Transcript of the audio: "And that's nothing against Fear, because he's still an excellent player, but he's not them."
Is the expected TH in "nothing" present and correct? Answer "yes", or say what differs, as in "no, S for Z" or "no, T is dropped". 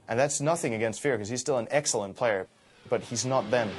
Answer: yes